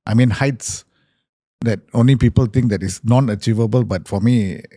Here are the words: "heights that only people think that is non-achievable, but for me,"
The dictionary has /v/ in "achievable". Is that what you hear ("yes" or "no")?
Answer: yes